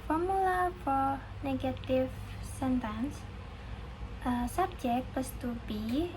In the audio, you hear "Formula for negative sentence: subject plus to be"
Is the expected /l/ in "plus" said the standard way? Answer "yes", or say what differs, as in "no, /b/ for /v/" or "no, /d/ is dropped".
no, /l/ is dropped